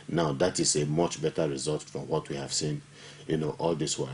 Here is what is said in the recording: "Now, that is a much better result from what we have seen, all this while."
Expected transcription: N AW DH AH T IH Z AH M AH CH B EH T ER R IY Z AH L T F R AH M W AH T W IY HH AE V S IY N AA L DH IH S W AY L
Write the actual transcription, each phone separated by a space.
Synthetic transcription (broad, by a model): N AW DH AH T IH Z AH M AH CH B EH T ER R IY Z AH L T F R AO M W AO T W IY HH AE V S IY N AA L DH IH S W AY